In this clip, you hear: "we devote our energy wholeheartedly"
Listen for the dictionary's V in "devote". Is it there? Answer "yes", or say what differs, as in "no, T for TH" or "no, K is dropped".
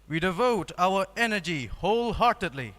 yes